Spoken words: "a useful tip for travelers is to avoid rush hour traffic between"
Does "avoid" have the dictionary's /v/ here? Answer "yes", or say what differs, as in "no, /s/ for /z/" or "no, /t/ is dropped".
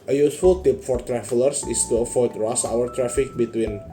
no, /f/ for /v/